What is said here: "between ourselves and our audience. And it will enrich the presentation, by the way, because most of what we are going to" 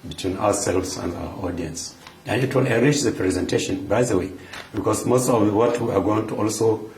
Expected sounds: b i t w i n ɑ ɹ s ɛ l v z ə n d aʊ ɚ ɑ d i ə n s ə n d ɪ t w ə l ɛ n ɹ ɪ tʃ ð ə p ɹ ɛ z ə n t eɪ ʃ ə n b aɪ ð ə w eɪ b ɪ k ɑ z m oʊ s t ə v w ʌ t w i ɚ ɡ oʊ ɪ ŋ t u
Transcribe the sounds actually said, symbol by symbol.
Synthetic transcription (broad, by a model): b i t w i n ɑ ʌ s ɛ l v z ə n d aʊ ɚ ɑ d i ə n s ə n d ɪ t w ə l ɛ ɹ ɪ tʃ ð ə p ɹ ɛ z ə n t eɪ ʃ ə n b aɪ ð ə w eɪ b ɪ k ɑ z m oʊ s t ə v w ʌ t w i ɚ ɡ oʊ ɪ ŋ t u